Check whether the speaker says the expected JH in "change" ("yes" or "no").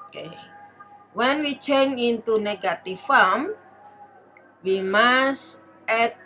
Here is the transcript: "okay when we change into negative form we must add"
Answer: no